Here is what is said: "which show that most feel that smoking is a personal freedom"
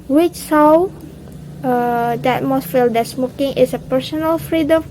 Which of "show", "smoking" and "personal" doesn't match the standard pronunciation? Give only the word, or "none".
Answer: show